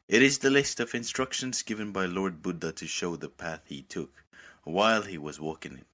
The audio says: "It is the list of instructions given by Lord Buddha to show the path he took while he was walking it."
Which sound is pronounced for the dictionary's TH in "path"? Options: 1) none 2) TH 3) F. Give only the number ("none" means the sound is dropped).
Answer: 2